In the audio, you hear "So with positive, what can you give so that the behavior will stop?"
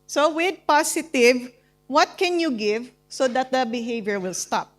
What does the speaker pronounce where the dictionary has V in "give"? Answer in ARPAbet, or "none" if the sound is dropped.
V